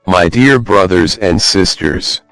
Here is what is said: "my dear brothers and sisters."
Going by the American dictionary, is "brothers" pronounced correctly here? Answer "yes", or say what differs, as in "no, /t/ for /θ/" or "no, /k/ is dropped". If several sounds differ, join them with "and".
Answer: yes